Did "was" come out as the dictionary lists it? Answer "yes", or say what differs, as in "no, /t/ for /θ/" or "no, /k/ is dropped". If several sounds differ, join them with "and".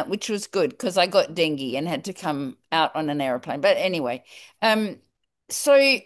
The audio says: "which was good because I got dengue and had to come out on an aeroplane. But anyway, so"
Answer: yes